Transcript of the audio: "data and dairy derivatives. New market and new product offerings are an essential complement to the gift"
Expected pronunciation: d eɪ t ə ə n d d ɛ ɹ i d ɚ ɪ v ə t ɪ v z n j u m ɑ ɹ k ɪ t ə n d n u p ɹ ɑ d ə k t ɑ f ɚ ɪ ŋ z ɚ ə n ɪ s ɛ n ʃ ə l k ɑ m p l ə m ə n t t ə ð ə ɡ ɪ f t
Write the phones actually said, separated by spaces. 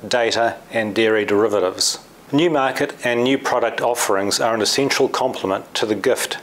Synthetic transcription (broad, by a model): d eɪ t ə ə n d d ɛ ɹ i d ɚ ɪ v ə t ɪ v z n j u m ɑ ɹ k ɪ t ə n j u p ɹ ɑ d ə k t ɑ f ɚ ɪ ŋ z ɚ ə n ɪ s ɛ n ʃ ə l k ɑ m p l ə m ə n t t ə ð ə ɡ ɪ f t